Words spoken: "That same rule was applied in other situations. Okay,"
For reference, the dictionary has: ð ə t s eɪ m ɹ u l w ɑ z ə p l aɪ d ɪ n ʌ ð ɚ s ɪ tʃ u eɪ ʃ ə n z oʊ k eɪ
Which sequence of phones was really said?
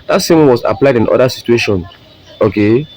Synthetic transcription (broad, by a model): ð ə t s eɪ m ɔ n w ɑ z ə p l aɪ d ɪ n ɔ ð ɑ s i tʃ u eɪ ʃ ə n s oʊ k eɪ